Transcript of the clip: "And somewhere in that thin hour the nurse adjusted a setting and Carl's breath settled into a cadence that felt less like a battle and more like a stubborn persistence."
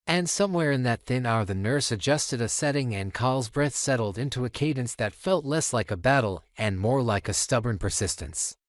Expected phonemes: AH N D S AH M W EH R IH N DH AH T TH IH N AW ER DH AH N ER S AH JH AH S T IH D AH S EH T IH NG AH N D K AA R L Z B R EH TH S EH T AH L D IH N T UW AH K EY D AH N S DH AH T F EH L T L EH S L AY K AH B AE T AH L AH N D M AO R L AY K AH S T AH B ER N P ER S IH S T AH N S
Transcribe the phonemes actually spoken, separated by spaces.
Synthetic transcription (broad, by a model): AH N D S AH M W EH R IH N DH AH T TH IH N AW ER DH AH N ER S AH JH AH S T IH D AH S EH T IH NG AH N K AA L Z B R EH TH S EH T L D IH N T UW AH K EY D N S DH AH T F EH L T L EH S L AY K AH B AE T L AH N M AO R L AY K AH S T AH B ER N P ER S IH S T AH N S